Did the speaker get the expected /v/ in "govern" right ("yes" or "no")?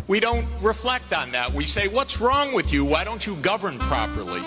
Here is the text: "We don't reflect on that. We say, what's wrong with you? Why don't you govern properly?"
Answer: yes